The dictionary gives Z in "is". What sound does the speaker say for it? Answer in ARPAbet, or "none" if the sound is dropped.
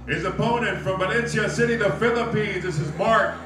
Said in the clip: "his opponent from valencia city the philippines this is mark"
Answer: Z